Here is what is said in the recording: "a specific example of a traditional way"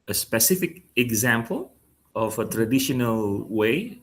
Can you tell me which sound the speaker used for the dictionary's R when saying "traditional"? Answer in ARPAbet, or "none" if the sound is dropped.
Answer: R